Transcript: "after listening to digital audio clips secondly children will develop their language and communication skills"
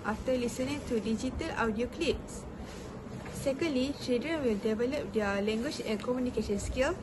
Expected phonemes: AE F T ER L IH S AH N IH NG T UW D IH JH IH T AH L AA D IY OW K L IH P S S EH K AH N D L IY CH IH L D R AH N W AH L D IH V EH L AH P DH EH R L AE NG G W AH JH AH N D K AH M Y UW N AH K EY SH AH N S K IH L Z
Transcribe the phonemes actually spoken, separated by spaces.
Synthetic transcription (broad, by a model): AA F T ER L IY S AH N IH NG T UW D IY JH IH T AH L AA D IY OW K L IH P S S EH K AH N D L IY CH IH D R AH N W AH L D IH V EH L AH P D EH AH L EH NG G W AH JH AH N K AH M Y UW N AH K EY SH AH N S K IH L